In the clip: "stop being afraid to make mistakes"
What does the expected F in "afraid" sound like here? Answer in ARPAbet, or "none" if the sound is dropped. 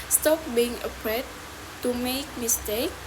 P